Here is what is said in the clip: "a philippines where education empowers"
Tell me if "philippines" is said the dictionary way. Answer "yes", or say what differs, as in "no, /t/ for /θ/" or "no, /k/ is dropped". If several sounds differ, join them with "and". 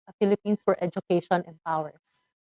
no, /s/ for /z/